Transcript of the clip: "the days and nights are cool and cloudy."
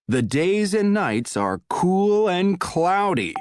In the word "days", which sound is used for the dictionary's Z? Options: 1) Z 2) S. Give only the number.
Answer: 1